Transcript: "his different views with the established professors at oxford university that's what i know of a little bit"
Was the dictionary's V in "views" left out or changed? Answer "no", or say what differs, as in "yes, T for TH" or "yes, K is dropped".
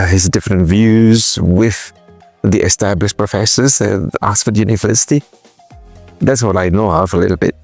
no